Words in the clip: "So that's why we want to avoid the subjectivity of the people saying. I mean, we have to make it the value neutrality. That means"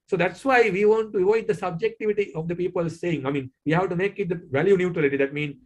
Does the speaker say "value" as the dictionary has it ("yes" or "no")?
yes